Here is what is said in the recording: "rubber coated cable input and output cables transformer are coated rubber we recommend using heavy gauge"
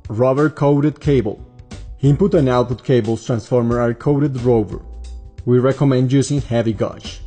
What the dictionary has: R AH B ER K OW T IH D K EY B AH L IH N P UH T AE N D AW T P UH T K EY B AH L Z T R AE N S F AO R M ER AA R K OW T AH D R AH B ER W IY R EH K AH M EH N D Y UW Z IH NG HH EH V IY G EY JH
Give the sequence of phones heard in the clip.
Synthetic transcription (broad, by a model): R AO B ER K OW T IH D K EY B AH L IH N P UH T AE N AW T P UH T K EY B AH L S T R AE N S F AO R M ER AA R K OW T AH D R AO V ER W IY R EH K AH M EH N D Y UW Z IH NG HH EH V IY G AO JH